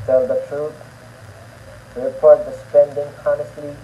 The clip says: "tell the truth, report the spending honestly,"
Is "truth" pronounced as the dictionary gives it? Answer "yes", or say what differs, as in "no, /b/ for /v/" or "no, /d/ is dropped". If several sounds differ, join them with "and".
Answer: no, /t/ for /θ/